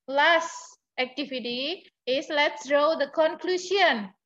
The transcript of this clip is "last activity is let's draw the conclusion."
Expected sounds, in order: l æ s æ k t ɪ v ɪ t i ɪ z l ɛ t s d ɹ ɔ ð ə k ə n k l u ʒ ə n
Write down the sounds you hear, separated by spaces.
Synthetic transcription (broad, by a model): l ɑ s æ k t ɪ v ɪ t i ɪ s l ɛ t s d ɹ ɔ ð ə k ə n k l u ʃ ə n